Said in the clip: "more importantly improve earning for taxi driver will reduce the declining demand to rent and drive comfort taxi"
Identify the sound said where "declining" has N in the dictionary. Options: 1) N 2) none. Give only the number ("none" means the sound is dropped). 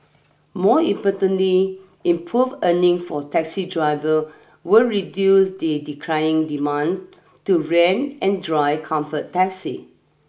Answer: 2